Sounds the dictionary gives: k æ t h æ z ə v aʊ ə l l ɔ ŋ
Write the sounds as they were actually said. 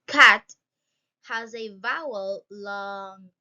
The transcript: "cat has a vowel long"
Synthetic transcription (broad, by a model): k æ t h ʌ z ə v aʊ ə l l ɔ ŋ